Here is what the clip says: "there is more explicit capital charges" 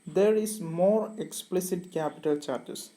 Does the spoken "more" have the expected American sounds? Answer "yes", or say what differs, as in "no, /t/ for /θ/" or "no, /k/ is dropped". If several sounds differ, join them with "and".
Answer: yes